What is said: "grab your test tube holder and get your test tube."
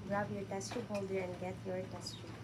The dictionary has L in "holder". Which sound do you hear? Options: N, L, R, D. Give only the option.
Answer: L